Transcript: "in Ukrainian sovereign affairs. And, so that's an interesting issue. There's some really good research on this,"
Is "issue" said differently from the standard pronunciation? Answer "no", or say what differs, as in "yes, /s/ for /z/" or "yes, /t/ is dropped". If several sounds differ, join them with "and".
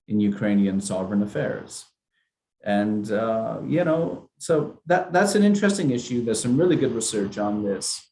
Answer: no